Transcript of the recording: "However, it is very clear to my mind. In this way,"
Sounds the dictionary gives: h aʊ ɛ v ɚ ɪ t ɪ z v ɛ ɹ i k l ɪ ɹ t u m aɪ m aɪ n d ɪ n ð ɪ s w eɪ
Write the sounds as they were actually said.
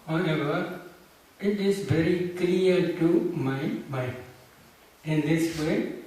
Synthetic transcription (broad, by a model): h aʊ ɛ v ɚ ɪ t ɪ z v ɛ ɹ i k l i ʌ t u m aɪ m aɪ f ɪ n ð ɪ s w eɪ